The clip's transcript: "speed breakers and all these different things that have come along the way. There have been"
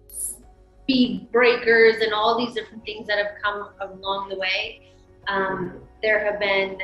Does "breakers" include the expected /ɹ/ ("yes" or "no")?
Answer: yes